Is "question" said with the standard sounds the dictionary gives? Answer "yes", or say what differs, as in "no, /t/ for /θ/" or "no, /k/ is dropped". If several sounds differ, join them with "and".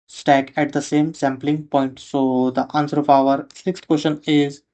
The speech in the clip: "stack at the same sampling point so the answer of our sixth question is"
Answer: no, /ʃ/ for /tʃ/